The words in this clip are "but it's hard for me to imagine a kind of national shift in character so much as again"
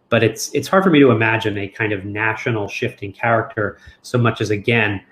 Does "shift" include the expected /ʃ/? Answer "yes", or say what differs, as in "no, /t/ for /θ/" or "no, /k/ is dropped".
yes